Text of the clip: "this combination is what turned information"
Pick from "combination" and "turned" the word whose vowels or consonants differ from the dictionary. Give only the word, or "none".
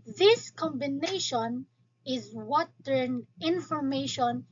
turned